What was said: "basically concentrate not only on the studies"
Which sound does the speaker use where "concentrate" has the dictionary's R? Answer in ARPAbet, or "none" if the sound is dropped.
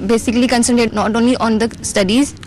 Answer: none